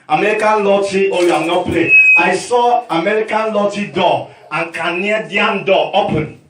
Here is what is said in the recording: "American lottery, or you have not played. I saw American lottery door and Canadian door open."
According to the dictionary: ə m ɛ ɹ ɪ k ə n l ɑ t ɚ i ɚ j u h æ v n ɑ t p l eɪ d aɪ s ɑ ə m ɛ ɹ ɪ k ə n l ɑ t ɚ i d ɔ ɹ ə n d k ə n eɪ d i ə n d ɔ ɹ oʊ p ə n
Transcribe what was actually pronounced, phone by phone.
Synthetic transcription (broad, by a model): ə m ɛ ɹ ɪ k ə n l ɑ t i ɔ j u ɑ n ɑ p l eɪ aɪ s ɑ ə m ɛ ɹ ɪ k ə n l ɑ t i d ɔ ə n k ə n eɪ d i ə n d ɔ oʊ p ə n